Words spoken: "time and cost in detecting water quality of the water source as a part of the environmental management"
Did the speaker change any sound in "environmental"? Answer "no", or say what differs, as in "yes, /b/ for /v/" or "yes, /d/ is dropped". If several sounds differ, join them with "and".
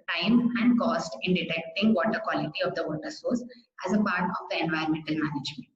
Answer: yes, /ɹ/ is dropped